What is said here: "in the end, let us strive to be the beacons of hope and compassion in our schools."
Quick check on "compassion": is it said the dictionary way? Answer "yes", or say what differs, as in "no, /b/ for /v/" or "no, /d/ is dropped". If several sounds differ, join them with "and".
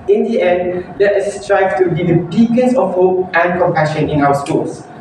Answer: yes